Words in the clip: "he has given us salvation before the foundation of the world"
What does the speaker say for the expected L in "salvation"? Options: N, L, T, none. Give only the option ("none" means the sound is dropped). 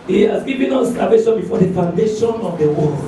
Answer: none